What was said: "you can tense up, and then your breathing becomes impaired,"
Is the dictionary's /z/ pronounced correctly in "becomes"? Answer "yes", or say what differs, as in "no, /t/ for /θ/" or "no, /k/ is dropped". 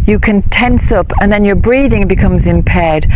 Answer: yes